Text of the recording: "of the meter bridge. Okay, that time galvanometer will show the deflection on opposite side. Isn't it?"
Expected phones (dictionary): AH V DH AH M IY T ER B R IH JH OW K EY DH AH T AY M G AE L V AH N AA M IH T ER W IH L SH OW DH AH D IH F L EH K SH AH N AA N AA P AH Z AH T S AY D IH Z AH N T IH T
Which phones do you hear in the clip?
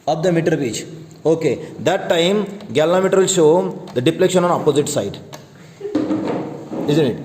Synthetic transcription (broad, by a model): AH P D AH M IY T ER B IY CH OW K EY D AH T AY M G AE L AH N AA M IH T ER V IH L SH OW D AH D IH P L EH K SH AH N AA N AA P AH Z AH T S AY D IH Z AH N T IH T